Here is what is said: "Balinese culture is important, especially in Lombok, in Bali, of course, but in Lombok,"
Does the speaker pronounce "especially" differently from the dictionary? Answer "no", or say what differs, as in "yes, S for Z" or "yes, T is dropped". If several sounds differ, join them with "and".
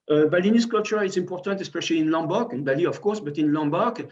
no